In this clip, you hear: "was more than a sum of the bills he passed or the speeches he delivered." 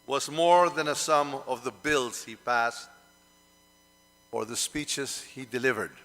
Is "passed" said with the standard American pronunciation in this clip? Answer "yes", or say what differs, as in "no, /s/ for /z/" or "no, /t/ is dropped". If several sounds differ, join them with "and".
yes